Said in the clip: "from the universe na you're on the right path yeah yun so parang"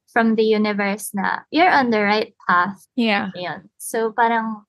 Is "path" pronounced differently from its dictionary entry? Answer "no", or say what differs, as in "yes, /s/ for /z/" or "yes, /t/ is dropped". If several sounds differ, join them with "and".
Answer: no